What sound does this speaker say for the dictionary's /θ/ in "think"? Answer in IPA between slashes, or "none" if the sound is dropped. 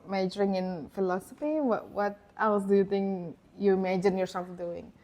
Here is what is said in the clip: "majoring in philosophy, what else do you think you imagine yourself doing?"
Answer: /t/